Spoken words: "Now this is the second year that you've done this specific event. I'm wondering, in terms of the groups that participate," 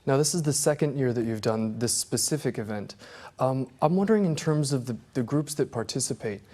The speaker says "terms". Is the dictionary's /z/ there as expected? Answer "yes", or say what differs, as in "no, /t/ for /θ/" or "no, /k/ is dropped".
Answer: yes